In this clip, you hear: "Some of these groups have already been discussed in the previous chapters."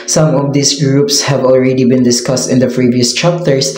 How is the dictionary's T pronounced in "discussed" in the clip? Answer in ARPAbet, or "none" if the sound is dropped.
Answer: T